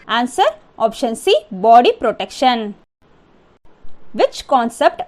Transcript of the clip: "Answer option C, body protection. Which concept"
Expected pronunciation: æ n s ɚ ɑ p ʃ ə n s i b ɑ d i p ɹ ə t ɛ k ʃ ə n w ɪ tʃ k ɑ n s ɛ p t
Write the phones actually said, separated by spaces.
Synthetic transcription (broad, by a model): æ n s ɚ ɑ p ʃ ə n s i b ɑ d i p ɹ ə t ɛ k ʃ ə n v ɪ tʃ k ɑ n s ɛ p t